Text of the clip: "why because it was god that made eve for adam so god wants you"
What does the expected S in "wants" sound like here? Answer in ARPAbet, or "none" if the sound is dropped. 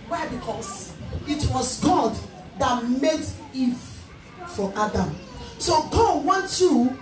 none